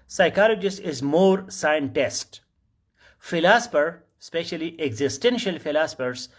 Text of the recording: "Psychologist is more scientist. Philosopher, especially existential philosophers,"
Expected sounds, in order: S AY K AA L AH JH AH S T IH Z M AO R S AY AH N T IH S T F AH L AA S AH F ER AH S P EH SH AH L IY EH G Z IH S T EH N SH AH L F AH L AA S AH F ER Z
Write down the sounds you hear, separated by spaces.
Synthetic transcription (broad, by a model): S AY K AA L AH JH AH S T IH Z M AO R S AY AH N T IH S T F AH L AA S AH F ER S P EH SH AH L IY EH G Z IH S T EH N SH AH L F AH L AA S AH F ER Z